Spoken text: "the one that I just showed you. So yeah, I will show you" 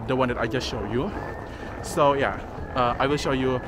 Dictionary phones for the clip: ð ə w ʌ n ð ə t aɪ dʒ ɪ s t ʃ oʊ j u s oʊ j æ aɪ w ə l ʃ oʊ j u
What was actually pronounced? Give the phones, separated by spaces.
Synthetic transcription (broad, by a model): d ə w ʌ n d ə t aɪ dʒ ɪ s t ʃ oʊ j u s oʊ j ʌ aɪ w ə l ʃ oʊ j u